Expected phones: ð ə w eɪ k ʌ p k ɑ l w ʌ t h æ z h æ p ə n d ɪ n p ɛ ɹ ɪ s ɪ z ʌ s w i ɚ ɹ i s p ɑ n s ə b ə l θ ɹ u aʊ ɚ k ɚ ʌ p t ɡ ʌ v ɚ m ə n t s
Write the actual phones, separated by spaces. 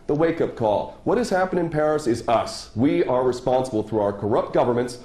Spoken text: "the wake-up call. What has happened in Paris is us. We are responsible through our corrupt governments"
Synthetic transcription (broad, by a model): ð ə w eɪ k ʌ p k ɑ l w ʌ t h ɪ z h æ p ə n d ɪ n p ɛ ɹ ɪ s ɪ z ʌ s w i ɚ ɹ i s p ɑ n s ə b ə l θ ɹ u aʊ ɚ k ɚ ʌ p t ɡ ʌ v ɚ m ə n t s